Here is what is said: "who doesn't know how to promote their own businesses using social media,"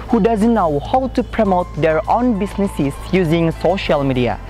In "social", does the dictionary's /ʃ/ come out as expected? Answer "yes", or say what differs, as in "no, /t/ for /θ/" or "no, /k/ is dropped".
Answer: yes